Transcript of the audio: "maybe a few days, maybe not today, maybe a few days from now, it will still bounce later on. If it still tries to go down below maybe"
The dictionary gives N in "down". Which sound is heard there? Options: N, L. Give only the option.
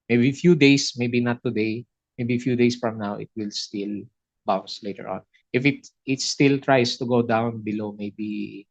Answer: N